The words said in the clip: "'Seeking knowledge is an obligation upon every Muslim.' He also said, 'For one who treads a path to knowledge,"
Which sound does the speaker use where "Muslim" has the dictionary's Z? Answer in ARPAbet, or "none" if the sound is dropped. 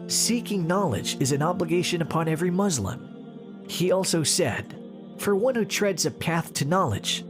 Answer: Z